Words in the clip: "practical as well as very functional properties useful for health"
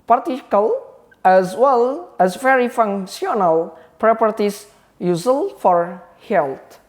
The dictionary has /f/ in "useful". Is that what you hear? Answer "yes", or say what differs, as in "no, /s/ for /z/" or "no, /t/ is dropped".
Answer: no, /f/ is dropped